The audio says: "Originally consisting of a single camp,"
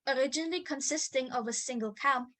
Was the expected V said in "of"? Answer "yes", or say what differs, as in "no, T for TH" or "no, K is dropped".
yes